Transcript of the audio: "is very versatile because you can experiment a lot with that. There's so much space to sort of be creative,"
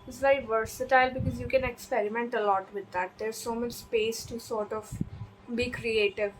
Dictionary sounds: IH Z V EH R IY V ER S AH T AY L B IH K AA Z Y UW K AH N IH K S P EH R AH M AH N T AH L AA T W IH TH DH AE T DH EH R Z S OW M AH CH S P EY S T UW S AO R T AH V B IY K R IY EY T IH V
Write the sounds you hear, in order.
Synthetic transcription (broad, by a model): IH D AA IY V ER S AH T AY L B IH K AA Z Y UW K AH N IH K S P EH R AH M AH N T AH L AA T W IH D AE T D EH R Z S OW M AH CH S P EY S T UW S AO R T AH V B IY K R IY EY T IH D